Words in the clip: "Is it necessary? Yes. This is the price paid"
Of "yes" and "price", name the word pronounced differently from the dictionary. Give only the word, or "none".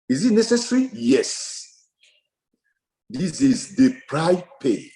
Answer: price